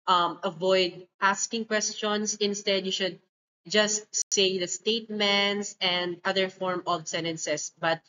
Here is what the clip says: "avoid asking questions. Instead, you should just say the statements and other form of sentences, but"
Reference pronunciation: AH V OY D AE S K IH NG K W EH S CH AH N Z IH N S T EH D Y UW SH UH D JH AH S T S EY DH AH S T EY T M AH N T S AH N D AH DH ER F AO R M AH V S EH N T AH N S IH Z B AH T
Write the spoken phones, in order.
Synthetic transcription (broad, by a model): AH V OY D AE S K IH NG K W EH S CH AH N S IH N S T EH D Y UW SH UH D JH AH S T S EY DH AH S T EY T M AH N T S AH N D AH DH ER F AO R M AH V S EH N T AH N S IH S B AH T